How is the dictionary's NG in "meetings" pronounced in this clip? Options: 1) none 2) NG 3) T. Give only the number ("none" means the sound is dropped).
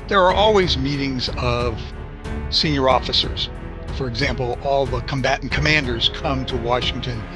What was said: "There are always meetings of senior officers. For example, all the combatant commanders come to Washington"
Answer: 2